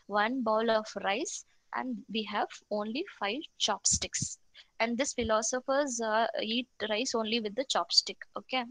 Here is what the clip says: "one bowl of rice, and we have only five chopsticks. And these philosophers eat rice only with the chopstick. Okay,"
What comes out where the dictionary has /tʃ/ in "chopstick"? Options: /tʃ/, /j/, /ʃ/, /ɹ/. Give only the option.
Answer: /tʃ/